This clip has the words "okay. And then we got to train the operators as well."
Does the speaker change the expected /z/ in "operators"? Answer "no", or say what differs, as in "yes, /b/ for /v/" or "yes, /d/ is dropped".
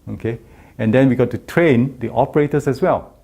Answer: yes, /s/ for /z/